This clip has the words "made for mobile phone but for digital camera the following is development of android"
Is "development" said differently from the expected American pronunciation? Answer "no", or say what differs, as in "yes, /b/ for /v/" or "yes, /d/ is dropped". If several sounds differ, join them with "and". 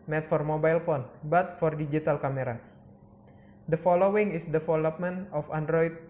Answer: yes, /f/ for /v/